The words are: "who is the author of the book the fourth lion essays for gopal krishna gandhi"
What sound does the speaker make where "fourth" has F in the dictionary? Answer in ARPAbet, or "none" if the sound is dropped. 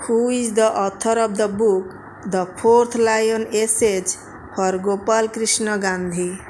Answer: P